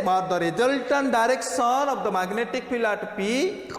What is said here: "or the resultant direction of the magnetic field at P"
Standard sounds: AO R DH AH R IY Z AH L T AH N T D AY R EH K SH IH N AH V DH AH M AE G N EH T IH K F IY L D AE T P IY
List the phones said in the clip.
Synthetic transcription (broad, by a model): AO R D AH R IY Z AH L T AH N D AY R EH K S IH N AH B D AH M AE G N EH T IH K P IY L AA T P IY